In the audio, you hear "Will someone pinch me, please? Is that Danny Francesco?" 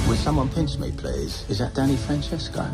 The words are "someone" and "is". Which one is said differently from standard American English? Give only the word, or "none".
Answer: none